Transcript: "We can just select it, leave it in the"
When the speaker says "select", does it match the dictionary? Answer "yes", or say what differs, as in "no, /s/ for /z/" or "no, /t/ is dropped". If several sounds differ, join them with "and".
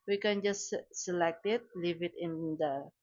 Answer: yes